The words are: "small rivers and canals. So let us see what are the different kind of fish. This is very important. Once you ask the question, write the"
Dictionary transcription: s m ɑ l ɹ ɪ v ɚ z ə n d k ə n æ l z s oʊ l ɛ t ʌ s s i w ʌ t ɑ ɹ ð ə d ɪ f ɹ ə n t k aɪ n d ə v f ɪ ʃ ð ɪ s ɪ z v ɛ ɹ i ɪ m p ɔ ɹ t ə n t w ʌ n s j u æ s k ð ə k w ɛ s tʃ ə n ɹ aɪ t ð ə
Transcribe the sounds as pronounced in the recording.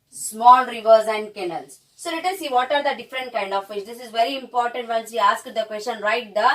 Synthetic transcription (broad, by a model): s m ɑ l ɹ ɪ v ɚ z ə n d k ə n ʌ l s s oʊ l ɛ t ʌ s s i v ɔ t ɑ ɹ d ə d ɪ f ɹ ə n t k aɪ n d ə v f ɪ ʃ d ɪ s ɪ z v ɛ ɹ i ɪ m p ɔ ɹ t ə n t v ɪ l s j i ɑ s k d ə k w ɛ s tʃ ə n ɹ aɪ t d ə